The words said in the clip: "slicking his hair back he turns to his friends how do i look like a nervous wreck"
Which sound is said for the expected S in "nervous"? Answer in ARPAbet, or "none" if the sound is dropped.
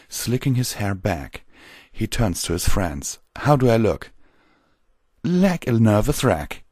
TH